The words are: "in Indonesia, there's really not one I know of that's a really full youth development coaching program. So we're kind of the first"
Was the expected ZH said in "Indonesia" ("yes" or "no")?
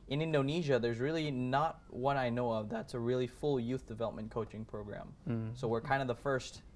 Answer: yes